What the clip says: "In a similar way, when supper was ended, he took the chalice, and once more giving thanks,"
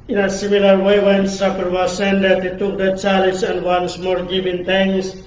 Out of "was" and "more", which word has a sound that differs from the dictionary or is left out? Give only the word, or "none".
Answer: was